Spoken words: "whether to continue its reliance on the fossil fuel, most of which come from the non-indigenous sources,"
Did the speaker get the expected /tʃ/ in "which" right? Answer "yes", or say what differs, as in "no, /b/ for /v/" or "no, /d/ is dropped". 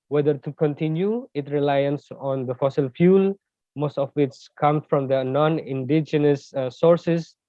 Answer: no, /s/ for /tʃ/